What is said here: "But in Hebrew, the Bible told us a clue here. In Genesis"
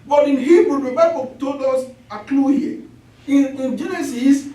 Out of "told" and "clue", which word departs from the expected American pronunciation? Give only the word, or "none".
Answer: told